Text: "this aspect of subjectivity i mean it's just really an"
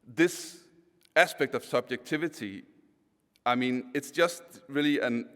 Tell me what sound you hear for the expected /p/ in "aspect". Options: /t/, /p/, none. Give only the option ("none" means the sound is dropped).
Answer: /p/